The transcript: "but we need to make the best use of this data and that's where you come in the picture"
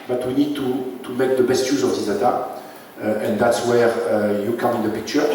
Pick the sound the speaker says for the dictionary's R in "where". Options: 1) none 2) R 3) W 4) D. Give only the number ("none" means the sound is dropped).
2